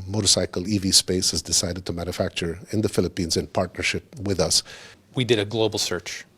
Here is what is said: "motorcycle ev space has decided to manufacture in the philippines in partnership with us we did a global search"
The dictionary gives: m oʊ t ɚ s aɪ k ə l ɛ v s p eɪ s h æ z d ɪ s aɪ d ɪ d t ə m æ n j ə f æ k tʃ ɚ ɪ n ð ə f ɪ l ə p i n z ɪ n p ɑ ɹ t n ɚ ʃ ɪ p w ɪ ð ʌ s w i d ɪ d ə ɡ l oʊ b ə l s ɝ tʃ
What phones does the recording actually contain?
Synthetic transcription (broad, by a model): m oʊ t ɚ s aɪ k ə l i v s p eɪ s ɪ z d ɪ s aɪ d ɪ d t ə m æ n j ə f æ k tʃ ɚ ɪ n ð ə f ɪ l ə p i n z ɪ n p ɑ ɹ t n ɚ ʃ ɪ p w ɪ ð ʌ s w i d ɪ d ə ɡ l oʊ b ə l s ɝ tʃ